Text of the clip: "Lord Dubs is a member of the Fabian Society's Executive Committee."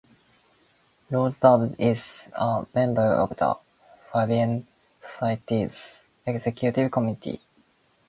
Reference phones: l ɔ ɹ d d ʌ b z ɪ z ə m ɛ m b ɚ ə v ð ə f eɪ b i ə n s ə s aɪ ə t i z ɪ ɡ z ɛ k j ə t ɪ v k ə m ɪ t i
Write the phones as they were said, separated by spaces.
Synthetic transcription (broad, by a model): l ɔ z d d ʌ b ɪ z ə m ɛ m b ɚ ə v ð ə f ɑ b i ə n s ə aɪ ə t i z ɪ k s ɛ k j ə t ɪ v k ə m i t i